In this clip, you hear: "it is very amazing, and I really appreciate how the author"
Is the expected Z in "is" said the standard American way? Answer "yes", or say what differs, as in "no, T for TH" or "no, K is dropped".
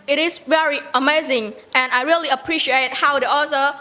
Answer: no, S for Z